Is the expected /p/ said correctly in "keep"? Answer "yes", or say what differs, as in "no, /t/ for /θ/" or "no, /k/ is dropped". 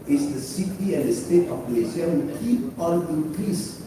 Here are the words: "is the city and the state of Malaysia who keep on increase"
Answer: yes